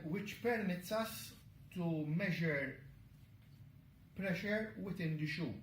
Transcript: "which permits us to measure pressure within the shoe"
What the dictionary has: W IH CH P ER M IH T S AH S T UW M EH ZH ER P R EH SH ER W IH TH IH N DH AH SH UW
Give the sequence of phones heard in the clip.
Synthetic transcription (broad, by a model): W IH CH P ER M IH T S AH S T UW M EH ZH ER P R EH SH ER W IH T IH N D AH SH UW